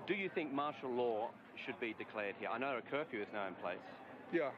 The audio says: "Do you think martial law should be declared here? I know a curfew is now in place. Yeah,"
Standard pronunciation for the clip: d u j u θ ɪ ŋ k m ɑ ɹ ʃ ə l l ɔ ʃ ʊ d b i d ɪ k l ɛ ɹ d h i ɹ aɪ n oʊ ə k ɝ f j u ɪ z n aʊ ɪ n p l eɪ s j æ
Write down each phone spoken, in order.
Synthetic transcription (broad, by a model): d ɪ j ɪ θ ɪ ŋ k m ɑ ɹ ʃ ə l l ɔ ʃ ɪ d b i d ɪ k l ɛ ɹ d h i ɹ aɪ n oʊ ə k ɝ f j u ɪ z n aʊ ɪ n p l eɪ s j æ